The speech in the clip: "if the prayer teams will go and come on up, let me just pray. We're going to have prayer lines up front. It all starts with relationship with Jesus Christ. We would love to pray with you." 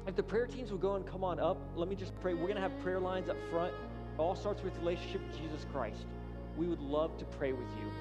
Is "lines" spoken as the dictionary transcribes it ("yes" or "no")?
yes